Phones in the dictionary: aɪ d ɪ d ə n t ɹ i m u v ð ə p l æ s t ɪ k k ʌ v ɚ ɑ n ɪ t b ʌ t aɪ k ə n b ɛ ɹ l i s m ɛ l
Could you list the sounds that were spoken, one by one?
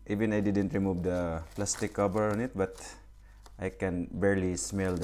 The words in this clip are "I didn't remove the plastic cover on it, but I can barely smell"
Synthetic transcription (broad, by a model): aɪ d ɪ d ə n t ɹ i m u v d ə p l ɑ s t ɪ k k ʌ b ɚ ɑ n ɪ t b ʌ t aɪ k ə n b ɛ ɹ l i s m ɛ l